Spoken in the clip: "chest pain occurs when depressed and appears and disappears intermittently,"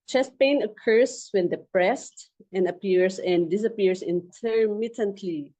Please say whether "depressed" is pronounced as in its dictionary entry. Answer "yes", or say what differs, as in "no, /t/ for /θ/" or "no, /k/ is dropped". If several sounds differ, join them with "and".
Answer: yes